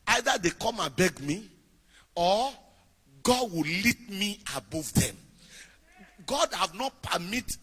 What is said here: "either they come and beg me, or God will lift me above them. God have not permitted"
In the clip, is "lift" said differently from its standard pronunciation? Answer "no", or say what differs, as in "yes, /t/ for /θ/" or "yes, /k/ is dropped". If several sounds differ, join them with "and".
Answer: yes, /f/ is dropped